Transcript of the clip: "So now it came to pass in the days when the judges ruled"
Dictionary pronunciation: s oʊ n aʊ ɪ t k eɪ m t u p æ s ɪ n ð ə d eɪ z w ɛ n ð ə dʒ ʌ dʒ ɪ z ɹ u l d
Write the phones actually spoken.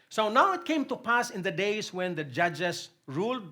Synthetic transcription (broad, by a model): s oʊ n aʊ ɪ t k eɪ m t u p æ s ɪ n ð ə d eɪ s w ɛ n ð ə dʒ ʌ dʒ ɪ s ɹ u l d